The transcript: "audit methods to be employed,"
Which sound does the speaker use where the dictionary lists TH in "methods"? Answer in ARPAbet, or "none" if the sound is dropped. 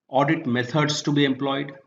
T